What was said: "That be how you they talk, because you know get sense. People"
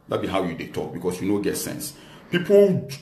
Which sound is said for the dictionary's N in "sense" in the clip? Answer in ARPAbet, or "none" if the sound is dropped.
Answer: N